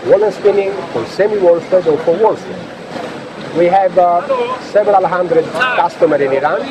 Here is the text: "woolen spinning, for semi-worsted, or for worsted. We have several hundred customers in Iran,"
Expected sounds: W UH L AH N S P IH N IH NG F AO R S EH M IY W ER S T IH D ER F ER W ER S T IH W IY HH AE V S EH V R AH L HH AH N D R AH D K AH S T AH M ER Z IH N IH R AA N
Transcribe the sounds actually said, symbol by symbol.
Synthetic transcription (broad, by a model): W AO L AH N S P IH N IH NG F AO R S EH M IY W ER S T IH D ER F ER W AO S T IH W IY HH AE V S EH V R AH L HH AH N D R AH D K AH S T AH M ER IH N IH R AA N